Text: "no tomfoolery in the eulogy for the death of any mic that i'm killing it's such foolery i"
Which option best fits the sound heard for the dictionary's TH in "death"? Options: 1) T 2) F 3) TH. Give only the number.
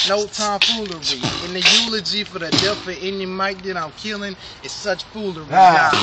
2